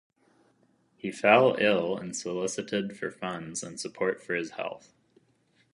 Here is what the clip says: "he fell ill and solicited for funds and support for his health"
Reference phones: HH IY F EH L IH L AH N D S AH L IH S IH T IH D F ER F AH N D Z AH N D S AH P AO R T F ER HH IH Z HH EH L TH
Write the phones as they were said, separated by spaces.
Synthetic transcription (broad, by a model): HH IY F EH L IH L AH N S AH L IH S IH T IH D F ER F AH N D Z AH N S AH P AO R T F ER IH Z HH EH L TH